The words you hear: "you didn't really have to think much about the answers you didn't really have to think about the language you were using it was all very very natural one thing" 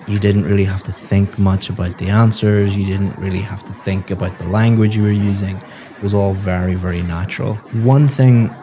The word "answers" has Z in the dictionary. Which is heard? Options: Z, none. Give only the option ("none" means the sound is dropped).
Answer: Z